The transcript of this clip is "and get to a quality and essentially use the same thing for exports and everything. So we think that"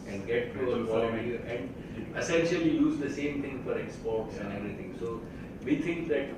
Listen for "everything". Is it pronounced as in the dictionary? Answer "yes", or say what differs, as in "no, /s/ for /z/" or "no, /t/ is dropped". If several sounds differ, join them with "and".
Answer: no, /t/ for /θ/